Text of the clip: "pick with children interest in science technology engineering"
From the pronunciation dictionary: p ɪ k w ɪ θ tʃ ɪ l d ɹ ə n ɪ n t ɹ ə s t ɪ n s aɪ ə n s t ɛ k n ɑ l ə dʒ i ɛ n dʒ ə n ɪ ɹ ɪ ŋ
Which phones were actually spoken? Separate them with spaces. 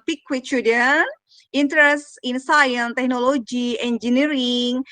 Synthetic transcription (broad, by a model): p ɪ k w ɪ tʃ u d ə n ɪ n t ɹ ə s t ɪ n s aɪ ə n t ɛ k n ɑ l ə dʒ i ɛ n dʒ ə n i ɹ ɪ ŋ